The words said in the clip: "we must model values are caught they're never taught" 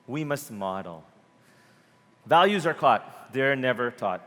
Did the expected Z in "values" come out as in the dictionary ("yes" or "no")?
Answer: yes